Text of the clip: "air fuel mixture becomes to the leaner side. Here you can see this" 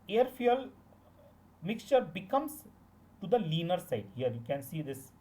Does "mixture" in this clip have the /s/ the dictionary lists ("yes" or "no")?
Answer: yes